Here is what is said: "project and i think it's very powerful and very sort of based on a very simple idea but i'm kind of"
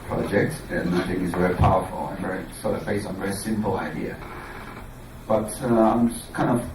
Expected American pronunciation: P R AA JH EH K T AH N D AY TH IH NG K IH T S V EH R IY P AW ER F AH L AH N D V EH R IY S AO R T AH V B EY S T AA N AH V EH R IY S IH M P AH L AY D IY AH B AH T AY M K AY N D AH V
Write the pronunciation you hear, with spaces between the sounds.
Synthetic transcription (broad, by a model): P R AA JH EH K T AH N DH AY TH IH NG IH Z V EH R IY P AW ER F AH L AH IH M V EH R IY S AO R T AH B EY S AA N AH V EH R IY S IH M P L AY D IY AH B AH T AY M K AY N D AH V